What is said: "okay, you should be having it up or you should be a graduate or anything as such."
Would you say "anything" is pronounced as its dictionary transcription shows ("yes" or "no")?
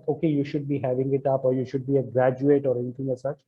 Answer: no